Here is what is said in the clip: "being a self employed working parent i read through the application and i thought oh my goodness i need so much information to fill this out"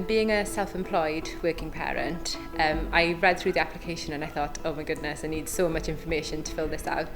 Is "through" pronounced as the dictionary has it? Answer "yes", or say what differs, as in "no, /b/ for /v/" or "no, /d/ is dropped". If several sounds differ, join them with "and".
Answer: yes